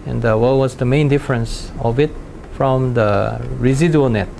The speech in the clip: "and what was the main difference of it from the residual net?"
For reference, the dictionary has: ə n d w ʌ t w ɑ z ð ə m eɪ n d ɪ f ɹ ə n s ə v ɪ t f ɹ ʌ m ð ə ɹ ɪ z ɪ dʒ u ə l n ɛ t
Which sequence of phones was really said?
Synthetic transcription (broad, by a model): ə n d w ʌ w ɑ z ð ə m eɪ n d ɪ f ɹ ə n s ə v ɪ t f ɹ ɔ m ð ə ɹ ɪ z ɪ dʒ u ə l n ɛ t